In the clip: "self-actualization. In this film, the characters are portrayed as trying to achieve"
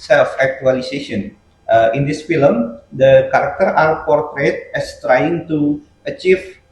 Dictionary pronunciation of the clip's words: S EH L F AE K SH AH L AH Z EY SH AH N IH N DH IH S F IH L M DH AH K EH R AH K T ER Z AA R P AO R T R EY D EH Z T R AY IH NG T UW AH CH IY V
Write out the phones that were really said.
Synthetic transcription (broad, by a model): S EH L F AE K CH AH L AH S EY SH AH N IH N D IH S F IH L M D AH K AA R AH K T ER AA R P AO R T R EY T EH S T R AY IH NG T UW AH CH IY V